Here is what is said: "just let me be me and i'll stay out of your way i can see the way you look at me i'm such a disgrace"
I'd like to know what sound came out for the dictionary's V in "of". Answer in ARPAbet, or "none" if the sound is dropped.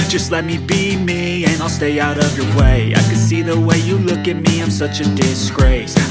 V